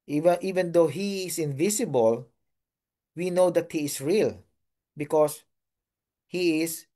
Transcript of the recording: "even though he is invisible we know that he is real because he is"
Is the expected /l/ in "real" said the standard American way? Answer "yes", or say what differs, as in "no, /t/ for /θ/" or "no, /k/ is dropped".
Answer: yes